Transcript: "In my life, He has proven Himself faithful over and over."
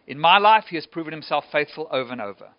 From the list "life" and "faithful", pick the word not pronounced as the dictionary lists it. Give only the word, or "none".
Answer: none